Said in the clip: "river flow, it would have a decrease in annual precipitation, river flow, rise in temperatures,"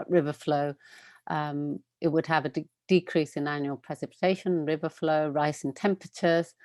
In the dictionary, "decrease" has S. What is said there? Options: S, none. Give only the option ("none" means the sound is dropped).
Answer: S